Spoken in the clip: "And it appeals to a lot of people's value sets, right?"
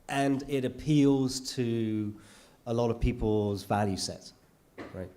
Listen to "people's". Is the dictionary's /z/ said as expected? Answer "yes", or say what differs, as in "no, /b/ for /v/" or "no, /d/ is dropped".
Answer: yes